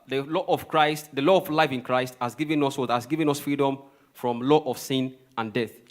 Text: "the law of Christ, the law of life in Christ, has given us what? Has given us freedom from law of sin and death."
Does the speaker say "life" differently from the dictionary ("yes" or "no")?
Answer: no